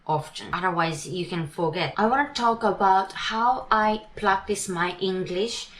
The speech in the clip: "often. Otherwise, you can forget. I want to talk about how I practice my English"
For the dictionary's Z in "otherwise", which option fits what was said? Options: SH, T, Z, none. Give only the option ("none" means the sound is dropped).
Z